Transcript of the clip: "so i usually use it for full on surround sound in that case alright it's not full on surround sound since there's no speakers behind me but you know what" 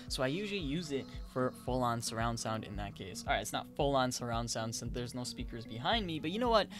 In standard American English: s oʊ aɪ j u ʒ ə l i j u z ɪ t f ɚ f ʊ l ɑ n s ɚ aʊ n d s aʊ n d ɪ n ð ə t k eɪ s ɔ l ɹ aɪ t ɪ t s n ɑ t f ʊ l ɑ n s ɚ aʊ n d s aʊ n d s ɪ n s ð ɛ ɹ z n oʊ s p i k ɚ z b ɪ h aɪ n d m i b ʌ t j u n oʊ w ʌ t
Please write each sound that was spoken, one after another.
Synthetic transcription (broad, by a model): s oʊ aɪ j u ʒ l i j u z ɪ t f ɚ f ʊ l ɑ n s ɚ aʊ n d s aʊ n d ɪ n ð ə t k eɪ s ɔ l ɹ aɪ t ɪ t s n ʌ t f ʊ l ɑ n s ɚ aʊ n d s aʊ n d s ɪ n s ð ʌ ɹ z n oʊ s p i k ɚ z b ɪ h aɪ n d m i b ʌ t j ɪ n oʊ w ʌ t